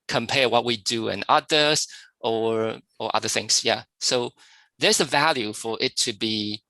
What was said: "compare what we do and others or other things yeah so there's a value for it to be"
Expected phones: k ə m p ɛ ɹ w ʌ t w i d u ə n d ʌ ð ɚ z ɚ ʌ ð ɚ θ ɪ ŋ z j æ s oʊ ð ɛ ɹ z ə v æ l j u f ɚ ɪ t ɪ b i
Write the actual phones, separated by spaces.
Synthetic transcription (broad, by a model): k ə m p ɛ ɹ w ʌ t w i d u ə n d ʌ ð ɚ ɚ ʌ ð ɚ θ ɪ ŋ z j æ s oʊ ð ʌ ɹ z ə v æ l j u f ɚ ɪ t ɪ b i